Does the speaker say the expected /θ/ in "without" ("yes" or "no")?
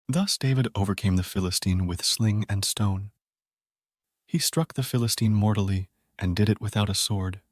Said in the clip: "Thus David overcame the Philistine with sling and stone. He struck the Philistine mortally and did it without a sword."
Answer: yes